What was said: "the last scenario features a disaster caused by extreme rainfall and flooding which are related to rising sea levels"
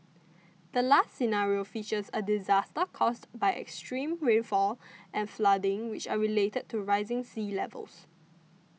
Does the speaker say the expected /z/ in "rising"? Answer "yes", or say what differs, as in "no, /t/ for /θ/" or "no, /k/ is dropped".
yes